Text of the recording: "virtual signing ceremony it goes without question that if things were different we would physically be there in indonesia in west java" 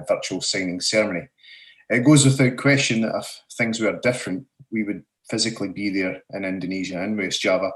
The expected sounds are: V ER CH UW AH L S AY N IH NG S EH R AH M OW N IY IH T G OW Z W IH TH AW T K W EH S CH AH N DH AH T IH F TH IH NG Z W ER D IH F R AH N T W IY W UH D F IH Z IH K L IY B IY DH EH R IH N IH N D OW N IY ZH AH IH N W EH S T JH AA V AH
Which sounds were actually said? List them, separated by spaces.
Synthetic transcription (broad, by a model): V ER CH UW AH L S AY N IH NG S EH R M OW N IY IH T G OW Z W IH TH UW T K W EH S CH AH N DH AH T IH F TH IH NG Z W ER D IH F R AH N T W IY W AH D F IH Z IH K L IY B IY DH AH R IH N IH N D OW N IY ZH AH IH N W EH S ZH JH AA V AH